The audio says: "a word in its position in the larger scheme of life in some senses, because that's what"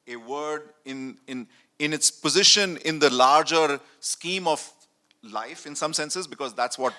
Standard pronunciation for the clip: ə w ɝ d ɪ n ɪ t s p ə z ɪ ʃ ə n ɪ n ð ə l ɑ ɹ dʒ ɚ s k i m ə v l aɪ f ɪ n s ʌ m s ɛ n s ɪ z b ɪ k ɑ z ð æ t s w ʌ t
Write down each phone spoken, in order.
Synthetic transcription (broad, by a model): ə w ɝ d ɪ n ɪ t s p ə z ɪ ʃ ə n ɪ n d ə l ɑ ɹ dʒ ɚ s k i m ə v l aɪ f ɪ n s ʌ m s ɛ n s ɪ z b ɪ k ɑ z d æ t s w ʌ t